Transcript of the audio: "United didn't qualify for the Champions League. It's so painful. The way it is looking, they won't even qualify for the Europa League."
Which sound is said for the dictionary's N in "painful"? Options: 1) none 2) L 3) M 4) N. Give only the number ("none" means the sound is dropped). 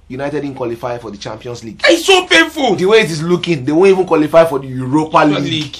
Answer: 1